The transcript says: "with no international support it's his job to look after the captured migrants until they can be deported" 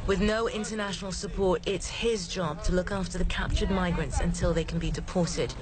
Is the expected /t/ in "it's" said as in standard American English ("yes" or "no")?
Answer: yes